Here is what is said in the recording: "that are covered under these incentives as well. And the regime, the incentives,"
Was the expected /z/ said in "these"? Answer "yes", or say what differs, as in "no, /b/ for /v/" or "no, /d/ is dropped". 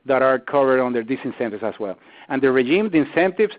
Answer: no, /s/ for /z/